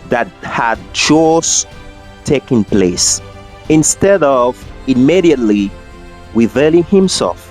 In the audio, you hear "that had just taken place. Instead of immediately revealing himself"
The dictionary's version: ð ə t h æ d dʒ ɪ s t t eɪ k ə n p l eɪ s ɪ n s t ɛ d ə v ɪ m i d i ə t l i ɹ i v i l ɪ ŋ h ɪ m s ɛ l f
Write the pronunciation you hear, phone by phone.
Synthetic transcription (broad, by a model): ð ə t h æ d tʃ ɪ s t t eɪ k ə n p l eɪ s ɪ n s t ɛ d ə v ɪ m i d i ə t l i w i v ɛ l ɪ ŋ h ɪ m s ɛ l f